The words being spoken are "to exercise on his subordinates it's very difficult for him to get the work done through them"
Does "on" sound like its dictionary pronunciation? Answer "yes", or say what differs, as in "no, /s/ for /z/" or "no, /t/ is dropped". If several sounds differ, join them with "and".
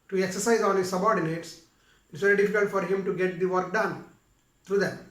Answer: no, /l/ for /n/